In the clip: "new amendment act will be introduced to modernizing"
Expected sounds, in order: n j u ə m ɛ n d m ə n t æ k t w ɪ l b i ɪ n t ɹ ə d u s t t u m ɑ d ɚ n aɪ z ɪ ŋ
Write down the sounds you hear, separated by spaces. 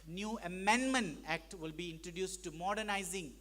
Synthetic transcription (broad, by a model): n j u ə m ɛ n d m ə n t æ k t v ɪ l b i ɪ n t ɹ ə d u s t t u m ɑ d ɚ n aɪ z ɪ ŋ